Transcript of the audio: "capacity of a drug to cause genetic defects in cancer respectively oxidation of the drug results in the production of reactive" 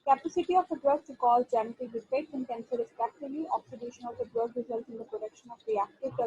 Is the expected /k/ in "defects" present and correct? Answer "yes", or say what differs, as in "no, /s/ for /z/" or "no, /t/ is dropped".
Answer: no, /k/ is dropped